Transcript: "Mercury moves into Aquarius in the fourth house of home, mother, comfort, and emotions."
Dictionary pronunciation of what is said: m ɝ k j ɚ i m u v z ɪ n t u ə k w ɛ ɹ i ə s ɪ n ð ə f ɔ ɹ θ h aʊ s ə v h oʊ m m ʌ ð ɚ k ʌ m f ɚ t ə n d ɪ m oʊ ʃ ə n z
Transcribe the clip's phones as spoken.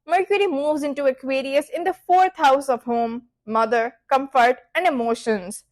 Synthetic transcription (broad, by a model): m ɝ k j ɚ i m u v z ɪ n t u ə k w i ɹ i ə s ɪ n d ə f ɔ ɹ t h aʊ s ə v h oʊ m m ʌ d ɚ k ʌ m f ɚ t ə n d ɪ m oʊ ʃ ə n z